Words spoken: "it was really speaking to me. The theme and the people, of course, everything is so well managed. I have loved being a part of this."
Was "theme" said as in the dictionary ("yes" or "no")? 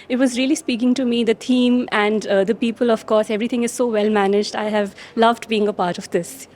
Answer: no